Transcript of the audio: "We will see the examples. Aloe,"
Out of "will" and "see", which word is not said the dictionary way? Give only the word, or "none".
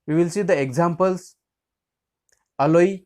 none